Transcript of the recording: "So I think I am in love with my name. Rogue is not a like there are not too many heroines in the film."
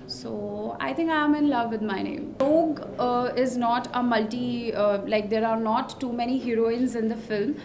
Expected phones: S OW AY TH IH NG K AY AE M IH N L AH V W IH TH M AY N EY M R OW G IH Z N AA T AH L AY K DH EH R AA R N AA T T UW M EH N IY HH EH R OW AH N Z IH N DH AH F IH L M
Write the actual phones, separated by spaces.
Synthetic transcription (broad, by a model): S OW AY T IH NG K AY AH M IH N L AH V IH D M AY N EY M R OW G IH Z N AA T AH L AY K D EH R AA R N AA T T UW M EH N IY HH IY R OW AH N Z IH N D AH F IH L M